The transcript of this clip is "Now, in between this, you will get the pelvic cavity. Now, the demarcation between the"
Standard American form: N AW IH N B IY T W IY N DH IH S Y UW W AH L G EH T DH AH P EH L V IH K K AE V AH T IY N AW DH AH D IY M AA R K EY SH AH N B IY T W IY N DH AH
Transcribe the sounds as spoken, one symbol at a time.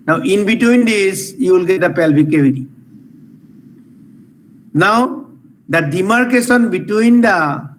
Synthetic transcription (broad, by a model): N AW IH N B IY T W IY N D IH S Y UW W AH L G EH T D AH P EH L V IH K K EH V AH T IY N AW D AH D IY M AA R K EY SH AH N B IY T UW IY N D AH